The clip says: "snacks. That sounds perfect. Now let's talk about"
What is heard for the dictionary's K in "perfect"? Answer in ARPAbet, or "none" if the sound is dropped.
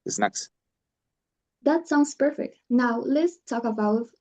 K